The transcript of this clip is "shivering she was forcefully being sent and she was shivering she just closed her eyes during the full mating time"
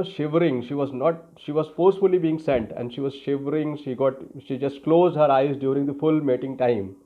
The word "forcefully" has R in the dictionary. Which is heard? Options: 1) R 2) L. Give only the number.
1